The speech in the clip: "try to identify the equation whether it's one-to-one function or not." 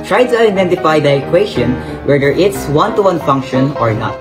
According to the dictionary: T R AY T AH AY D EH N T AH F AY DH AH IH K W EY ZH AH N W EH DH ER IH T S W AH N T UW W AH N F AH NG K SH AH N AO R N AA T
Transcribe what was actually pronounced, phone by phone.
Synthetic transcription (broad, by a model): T R AY T AH AY D EH N T AH F AY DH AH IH K W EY SH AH N W EH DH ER IH T S W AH N T UW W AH N F AH NG K SH AH N AO R N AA T